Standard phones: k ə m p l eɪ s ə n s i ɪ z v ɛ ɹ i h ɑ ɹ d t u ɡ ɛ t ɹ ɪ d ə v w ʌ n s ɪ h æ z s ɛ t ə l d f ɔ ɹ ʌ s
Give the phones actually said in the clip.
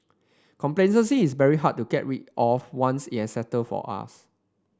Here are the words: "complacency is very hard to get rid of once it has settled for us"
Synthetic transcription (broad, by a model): k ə m p l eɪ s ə s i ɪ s v ɛ ɹ i h ɑ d t u ɡ ɛ t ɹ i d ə f w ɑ n s ɪ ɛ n s ɛ t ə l f ɔ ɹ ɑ s